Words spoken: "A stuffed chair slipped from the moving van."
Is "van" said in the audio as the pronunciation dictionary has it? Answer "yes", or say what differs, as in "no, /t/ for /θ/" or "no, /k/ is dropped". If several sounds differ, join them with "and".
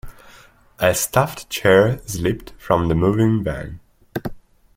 no, /b/ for /v/